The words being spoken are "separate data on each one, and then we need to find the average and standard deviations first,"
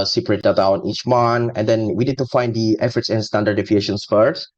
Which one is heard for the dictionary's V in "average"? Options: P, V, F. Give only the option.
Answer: F